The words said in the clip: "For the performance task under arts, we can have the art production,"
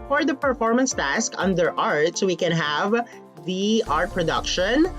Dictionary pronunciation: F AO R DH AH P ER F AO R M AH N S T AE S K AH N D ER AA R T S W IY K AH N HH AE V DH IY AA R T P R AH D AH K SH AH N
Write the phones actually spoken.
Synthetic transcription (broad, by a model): F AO R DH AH P ER F AO R M AH N S T AE S K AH N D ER AA R T S W IY K AH N HH AE V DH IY AA R T P R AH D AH K SH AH N